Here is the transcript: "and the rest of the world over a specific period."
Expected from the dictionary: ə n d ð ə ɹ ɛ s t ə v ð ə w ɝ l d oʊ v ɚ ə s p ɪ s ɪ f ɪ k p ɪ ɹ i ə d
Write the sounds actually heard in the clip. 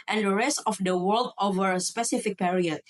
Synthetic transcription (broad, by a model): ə n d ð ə ɹ ɛ s t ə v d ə w ɝ l d oʊ v ɚ ə s p ɪ s ɪ f ɪ k p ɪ ɹ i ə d